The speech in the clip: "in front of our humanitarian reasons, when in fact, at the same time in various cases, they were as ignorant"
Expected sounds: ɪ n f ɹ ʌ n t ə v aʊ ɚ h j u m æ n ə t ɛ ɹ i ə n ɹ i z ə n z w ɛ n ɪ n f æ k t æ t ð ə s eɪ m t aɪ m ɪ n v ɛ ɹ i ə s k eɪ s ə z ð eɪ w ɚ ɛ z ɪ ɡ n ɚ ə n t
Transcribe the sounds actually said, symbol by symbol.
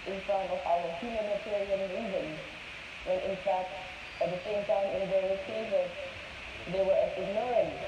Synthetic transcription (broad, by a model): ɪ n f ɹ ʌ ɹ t ə v aʊ ɚ h j u m æ n ə t ɛ ɹ i ə n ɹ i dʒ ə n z w ɛ n ɪ n f æ k t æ t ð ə s eɪ m t aɪ m ɪ n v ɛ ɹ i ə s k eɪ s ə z ð eɪ w ɚ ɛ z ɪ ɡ n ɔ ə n